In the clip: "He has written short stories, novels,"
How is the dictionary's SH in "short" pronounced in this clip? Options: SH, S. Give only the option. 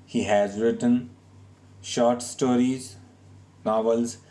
SH